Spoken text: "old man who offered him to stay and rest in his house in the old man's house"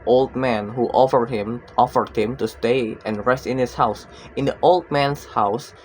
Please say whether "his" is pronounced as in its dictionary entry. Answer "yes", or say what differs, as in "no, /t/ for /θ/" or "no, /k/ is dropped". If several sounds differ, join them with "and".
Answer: no, /s/ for /z/